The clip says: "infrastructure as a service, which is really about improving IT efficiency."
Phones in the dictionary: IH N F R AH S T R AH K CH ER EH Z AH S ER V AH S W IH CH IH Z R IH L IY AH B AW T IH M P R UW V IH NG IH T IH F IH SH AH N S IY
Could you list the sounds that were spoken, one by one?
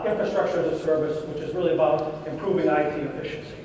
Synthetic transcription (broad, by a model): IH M F R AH S T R AH K CH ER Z AH S ER V AH S W IH CH IH Z R IH L IY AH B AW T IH M P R UW V IH NG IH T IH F IH SH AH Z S